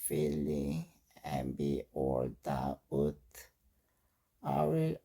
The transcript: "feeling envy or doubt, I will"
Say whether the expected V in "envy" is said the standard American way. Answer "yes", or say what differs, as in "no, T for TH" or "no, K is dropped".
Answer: no, B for V